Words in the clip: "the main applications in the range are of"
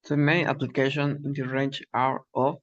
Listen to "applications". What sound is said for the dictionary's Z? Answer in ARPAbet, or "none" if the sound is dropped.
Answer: none